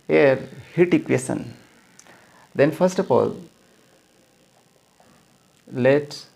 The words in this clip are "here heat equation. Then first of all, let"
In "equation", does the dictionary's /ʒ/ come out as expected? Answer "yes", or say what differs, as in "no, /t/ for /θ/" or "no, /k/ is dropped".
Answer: no, /s/ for /ʒ/